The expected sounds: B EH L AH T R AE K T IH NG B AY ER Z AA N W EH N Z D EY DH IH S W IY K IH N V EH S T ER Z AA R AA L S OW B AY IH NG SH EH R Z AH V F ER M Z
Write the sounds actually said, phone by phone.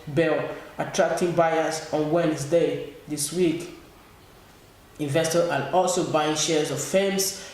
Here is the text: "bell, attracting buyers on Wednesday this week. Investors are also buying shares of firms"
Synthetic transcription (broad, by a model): B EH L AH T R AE K T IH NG B AY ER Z AA N W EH N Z D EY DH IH S W IY K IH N V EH S T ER AA L AA L S OW B AY IH NG SH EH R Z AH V F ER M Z